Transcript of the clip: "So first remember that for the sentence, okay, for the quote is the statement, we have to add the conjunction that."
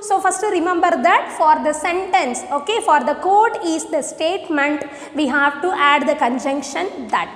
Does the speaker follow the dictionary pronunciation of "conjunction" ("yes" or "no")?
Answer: yes